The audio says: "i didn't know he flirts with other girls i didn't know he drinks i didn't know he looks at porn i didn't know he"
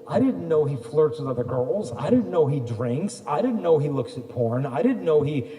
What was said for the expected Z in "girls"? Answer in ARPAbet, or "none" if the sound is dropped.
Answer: Z